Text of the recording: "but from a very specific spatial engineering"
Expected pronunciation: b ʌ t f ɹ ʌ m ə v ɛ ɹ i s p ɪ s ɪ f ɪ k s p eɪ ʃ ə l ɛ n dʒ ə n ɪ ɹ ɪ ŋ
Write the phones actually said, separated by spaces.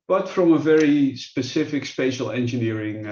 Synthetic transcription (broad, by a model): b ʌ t f ɹ ʌ m ə v ɛ ɹ i s p ɪ s ɪ f ɪ k s p eɪ ʃ ə l ɛ n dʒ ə n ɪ ɹ ɪ ŋ